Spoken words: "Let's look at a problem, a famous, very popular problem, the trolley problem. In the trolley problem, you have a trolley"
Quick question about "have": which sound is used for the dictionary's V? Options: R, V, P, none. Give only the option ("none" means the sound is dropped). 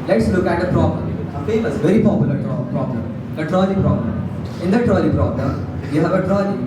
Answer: V